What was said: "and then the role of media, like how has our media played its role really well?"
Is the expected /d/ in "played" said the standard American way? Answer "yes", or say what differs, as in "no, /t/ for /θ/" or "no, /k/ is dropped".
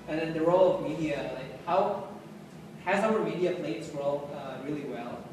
no, /d/ is dropped